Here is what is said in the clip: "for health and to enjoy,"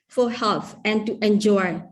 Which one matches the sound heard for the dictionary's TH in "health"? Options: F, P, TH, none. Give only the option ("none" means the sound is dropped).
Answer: F